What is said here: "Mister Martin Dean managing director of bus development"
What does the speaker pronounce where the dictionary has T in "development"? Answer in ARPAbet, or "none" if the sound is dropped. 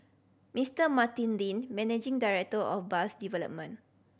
none